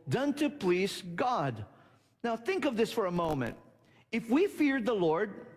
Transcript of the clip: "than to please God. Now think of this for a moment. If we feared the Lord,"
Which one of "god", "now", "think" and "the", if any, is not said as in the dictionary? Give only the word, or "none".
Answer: none